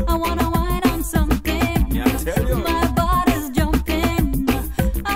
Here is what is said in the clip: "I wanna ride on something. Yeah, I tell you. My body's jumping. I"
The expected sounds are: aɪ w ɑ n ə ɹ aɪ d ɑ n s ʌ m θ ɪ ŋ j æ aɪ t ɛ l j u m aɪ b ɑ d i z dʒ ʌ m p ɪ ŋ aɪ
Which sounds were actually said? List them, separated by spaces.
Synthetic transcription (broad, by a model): aɪ w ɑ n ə w aɪ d n s ʌ m θ ɪ ŋ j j m aɪ b ɑ d i z dʒ ʌ m p ɪ ŋ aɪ